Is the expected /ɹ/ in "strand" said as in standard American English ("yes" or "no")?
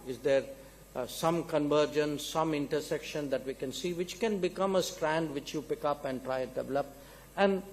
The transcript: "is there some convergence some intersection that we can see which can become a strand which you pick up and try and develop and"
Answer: yes